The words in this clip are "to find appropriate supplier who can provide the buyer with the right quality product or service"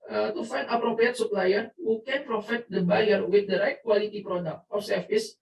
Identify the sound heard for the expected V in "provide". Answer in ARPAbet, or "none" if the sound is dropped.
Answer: F